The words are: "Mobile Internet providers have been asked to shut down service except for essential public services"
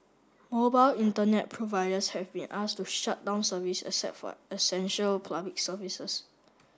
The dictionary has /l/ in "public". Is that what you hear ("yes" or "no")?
no